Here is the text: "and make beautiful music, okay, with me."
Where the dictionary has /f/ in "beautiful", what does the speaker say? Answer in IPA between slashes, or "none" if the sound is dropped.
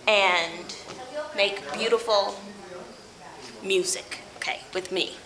/f/